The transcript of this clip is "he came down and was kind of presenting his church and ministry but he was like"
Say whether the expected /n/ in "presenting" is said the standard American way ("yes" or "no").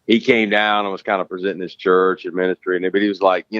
no